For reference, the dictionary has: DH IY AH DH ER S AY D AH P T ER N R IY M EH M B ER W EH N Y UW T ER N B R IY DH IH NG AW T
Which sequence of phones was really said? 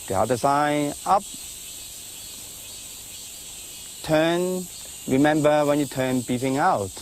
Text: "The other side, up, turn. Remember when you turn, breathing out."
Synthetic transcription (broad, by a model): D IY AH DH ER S AY AH P T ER N R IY M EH M B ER W EH N Y UW T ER N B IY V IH NG AW T